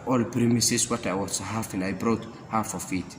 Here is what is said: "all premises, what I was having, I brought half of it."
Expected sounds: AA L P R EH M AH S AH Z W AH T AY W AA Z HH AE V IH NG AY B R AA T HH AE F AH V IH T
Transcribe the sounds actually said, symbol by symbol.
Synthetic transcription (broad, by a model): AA L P R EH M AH S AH S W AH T AY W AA S HH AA F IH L AY B R AA T HH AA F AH F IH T